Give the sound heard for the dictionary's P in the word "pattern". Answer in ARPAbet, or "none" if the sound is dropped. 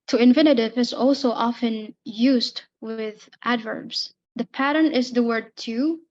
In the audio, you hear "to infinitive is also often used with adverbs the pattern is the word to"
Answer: P